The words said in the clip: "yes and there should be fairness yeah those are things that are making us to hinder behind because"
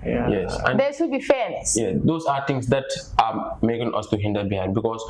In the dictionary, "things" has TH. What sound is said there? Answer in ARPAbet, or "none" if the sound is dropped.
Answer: T